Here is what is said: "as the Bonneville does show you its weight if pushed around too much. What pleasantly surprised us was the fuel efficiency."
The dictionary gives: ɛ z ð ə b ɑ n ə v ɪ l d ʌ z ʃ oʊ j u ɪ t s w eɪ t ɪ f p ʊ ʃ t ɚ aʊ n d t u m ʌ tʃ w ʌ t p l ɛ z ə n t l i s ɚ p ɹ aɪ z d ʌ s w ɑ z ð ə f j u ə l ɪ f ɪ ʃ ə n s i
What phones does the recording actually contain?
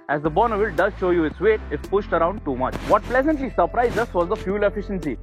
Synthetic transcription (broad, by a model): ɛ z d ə b ɑ n ə v ɪ l d ʌ z ʃ oʊ j u ɪ t s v eɪ t ɪ f p ʊ ʃ t ɚ aʊ n d t u m ʌ tʃ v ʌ t p l ɛ z ə n t l i s ɚ p ɹ aɪ z d ʌ s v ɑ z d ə f j u l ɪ f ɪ ʃ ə n s i